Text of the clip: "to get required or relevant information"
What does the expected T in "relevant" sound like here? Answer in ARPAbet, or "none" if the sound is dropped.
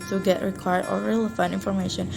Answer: none